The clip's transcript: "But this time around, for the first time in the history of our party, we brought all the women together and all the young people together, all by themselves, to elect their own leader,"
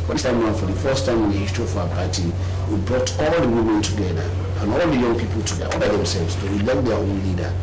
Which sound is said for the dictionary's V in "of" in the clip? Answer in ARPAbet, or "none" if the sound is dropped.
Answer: F